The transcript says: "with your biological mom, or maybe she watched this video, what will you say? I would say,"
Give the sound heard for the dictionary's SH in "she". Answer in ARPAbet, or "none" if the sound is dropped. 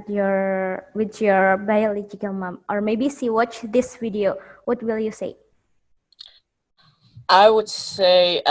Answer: S